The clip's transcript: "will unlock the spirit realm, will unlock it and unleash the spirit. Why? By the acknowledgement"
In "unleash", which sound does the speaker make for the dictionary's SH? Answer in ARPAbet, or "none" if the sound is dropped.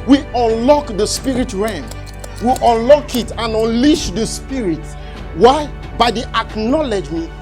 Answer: SH